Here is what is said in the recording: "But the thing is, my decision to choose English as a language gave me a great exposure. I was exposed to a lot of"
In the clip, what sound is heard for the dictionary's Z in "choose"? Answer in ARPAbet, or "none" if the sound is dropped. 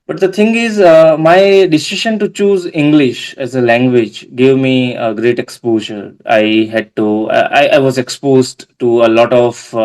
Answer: Z